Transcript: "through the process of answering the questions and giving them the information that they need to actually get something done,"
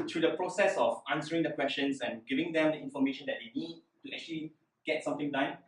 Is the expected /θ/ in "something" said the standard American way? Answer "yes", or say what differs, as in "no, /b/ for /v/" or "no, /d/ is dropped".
no, /t/ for /θ/